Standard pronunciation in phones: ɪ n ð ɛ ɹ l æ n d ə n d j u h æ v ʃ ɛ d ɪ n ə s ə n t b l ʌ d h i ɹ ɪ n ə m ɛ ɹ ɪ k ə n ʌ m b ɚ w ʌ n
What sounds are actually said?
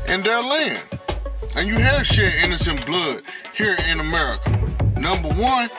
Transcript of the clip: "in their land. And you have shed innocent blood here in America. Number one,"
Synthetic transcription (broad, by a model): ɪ n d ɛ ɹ l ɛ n ə n j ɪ h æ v ʃ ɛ ɪ n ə s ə n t b l ʌ d h i ɹ ɪ n ə m ɛ ɹ ɪ k ə n ʌ m b ɚ w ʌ n